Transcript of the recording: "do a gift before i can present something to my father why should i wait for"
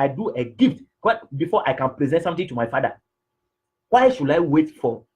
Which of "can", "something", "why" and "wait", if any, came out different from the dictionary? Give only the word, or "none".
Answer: something